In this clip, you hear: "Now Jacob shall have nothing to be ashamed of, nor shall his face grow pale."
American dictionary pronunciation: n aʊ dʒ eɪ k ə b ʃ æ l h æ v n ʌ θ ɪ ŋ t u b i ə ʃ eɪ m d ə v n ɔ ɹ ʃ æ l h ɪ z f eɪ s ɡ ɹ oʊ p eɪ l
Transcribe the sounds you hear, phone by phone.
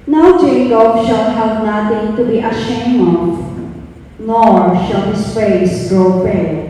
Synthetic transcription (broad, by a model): n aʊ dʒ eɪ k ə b ʃ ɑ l h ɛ p n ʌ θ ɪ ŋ t u b i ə ʃ eɪ m ə v n ɔ ɹ ʃ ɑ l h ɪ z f eɪ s ɡ ɹ oʊ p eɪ